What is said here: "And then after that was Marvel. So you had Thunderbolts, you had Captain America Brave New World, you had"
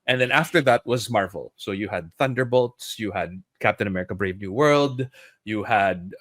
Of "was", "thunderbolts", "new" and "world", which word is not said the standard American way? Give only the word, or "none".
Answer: none